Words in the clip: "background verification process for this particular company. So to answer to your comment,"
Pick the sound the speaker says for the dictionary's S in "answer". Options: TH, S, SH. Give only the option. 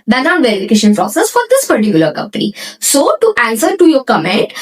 S